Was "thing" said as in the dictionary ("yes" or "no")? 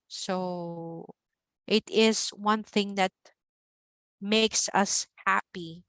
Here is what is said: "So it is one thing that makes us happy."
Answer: yes